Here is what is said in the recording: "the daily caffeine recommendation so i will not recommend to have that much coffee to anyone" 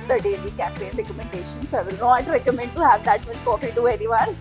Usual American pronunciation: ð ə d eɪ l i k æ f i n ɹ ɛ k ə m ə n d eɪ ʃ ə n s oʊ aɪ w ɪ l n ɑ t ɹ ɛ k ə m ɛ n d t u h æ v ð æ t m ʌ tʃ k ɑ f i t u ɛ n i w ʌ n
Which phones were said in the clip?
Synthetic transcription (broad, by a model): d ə d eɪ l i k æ p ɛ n ɹ ɛ k ə m ə n d eɪ ʃ ə n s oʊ aɪ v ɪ l n ɑ t ɹ ɛ k ə m ɛ n d t u h æ v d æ t m ʌ tʃ k ɑ f i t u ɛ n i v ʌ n